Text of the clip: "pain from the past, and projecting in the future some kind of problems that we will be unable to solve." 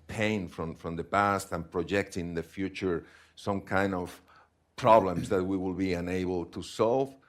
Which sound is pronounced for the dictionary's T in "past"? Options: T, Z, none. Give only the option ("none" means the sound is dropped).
T